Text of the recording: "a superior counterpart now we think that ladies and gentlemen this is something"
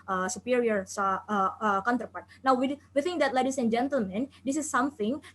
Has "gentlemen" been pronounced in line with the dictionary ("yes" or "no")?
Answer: yes